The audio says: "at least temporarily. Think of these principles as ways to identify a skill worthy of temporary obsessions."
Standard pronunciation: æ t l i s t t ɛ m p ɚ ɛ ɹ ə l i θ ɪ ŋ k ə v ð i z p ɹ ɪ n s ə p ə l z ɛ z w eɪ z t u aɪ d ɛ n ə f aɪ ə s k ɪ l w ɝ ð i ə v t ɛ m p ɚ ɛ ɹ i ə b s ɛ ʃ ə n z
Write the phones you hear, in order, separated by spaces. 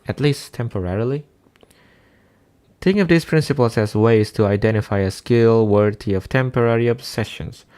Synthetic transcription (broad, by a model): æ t l i s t t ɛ m p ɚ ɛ ɹ l i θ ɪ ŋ ə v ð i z p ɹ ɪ n s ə p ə l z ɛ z w eɪ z t u aɪ d ɛ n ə f aɪ ə s k ɪ l w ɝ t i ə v t ɛ m p ɚ ɛ ɹ i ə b s ɛ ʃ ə n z